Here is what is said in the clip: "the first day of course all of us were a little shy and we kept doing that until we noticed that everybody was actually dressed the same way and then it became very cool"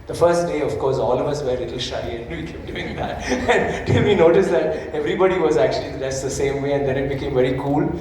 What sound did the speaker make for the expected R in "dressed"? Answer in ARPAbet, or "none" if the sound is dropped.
none